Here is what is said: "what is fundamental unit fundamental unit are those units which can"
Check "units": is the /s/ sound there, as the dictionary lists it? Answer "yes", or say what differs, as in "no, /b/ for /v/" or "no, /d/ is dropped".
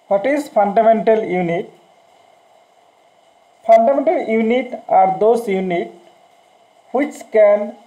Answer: no, /s/ is dropped